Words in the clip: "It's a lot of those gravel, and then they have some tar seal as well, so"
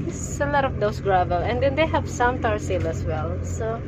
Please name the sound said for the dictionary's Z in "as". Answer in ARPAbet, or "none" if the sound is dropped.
S